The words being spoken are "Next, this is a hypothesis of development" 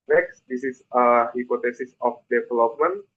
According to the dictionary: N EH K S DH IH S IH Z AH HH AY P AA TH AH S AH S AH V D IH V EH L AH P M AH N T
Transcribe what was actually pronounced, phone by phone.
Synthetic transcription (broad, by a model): N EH K S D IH S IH S AH HH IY P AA T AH S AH S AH F D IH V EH L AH P M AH N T